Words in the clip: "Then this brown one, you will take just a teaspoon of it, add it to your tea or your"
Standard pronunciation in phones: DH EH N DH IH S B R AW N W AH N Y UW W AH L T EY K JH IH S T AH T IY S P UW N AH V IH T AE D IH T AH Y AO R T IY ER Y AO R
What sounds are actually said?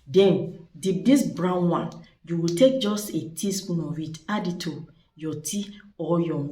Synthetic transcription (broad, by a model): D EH N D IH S B R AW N W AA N Y UW W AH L T EY K JH IH S T AH T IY S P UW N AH W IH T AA D IH T AH Y AO T IY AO Y AO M